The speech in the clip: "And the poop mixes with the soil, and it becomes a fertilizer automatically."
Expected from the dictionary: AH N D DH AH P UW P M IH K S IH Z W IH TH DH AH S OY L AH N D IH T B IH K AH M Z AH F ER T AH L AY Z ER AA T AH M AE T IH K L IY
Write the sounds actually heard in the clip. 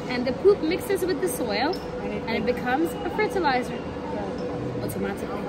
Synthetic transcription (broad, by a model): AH N DH AH P UW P M IH K S IH Z W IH DH AH S OY L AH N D IH T B IH K AH M Z AH F ER T AH L AY Z ER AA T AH M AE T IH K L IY